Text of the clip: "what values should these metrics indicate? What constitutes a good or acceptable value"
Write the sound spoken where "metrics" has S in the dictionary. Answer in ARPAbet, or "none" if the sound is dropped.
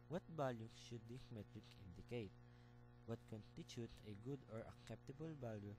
none